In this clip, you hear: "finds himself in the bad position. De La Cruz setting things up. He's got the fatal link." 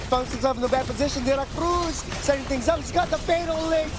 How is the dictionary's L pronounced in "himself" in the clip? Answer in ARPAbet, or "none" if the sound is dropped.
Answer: none